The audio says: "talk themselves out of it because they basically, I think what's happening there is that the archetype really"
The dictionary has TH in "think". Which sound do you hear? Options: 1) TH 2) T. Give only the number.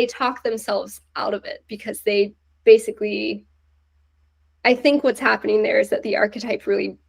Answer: 1